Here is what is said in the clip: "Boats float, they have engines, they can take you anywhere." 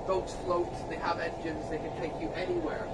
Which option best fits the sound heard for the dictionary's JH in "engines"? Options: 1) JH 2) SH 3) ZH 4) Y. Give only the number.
1